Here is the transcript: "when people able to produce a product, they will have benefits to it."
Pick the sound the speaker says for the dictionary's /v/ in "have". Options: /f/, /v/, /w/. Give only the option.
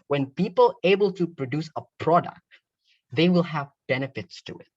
/v/